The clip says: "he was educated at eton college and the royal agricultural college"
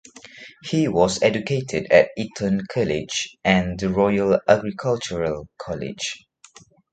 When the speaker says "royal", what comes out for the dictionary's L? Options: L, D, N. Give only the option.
L